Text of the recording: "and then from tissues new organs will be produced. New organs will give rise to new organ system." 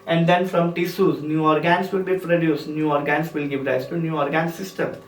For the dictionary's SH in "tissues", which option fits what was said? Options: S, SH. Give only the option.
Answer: S